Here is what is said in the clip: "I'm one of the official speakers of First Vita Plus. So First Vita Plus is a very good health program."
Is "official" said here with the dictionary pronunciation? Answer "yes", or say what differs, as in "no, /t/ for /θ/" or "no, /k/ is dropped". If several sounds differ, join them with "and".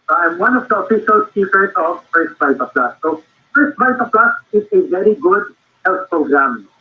no, /s/ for /ʃ/